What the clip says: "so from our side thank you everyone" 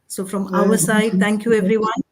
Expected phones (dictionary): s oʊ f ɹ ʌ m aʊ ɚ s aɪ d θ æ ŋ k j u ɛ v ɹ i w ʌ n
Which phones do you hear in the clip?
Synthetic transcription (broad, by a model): s oʊ f ɹ ʌ m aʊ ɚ s aɪ d θ æ ŋ k j u ɛ v ɹ i w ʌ n